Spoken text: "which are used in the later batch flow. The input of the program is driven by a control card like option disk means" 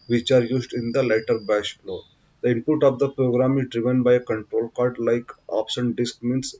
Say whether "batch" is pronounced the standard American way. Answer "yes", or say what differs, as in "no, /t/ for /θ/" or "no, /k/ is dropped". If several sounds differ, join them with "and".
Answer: no, /ʃ/ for /tʃ/